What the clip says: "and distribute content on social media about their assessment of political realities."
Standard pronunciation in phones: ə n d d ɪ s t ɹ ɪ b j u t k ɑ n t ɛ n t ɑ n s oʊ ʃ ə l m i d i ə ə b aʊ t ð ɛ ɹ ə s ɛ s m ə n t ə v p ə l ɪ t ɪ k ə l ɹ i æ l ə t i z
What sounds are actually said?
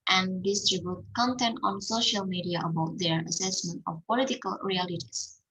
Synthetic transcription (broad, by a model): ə n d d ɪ s t ɹ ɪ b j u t k ɑ n t ɛ n t ɑ n s oʊ ʃ ə l m i d i ə ə b aʊ t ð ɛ ɹ ə s ɛ s m ə n t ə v p ə l ɪ t ɪ k ə l ɹ i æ l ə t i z